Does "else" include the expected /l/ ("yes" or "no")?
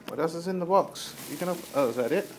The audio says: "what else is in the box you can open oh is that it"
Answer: no